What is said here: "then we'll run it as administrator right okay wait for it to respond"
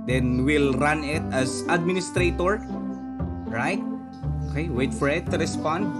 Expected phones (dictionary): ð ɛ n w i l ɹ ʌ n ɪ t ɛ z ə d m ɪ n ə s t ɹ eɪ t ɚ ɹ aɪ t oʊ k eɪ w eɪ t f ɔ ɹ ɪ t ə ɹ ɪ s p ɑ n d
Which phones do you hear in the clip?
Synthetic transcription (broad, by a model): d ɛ n w i l ɹ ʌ n ɪ t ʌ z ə d m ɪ n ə s t ɹ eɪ t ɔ ɹ aɪ t oʊ k eɪ w eɪ t f ɔ ɹ ɪ t ə ɹ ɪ s p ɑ n d